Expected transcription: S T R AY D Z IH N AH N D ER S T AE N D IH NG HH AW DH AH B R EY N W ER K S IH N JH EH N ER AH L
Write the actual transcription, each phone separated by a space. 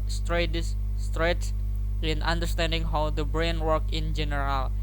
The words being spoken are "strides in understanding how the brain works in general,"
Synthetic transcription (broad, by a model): S T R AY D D IH N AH N D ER S T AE N D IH NG HH AW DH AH B R EY N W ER K IH N JH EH N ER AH L